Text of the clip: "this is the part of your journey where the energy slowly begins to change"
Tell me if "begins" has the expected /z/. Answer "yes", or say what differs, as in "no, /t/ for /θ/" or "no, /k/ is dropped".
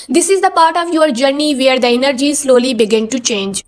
no, /z/ is dropped